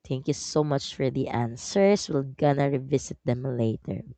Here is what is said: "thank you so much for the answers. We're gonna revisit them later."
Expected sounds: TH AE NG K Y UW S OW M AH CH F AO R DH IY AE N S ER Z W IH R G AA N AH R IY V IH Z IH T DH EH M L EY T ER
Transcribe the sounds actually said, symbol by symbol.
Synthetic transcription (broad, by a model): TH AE NG K Y UW S OW M AH CH F AO R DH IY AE N S ER S W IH L G AA N AH R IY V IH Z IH T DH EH M L EY T ER